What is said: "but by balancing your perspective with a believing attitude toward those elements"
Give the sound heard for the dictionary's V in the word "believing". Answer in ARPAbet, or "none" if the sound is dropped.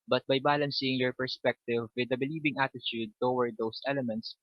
B